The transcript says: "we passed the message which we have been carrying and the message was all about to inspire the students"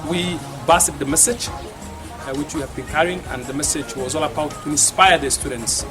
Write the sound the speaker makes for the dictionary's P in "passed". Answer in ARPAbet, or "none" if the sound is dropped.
B